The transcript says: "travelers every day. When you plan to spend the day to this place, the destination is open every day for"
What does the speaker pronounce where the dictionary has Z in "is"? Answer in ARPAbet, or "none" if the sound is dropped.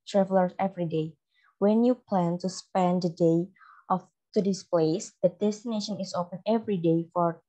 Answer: S